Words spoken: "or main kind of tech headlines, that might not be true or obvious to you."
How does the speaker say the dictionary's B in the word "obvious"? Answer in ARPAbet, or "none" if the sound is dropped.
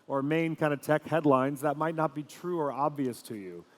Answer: B